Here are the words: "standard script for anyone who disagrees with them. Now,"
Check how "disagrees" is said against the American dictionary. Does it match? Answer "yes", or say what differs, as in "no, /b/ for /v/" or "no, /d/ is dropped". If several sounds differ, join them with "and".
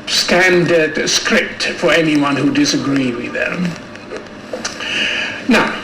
no, /z/ is dropped